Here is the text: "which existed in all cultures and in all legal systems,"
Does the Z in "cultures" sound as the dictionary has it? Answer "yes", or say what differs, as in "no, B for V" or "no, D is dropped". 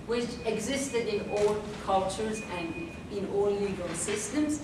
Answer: yes